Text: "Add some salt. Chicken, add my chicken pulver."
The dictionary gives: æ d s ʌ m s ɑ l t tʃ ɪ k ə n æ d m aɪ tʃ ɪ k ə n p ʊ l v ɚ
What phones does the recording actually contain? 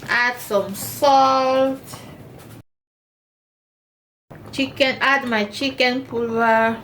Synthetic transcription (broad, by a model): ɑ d s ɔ m s ɑ l t tʃ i k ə n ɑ d m aɪ tʃ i k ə n p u l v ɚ